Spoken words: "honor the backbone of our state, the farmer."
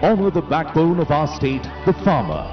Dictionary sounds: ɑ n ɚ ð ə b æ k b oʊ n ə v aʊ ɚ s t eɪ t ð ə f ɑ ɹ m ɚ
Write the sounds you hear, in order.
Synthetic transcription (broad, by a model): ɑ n ɚ ð ə b æ k b oʊ n ə v aʊ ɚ s t eɪ t ð ə f ɑ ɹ m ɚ